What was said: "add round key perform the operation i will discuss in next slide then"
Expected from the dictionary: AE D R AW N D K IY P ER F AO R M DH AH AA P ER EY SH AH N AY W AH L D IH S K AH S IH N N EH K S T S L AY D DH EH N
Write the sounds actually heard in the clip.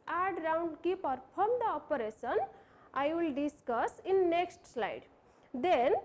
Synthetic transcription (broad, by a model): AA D R AW N D K IY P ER P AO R M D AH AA P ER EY S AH N AY W AH L D IH S K AH S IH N N EH K S T S L AY D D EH N